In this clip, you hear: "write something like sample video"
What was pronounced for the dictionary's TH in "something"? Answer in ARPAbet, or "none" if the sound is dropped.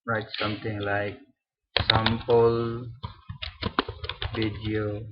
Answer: T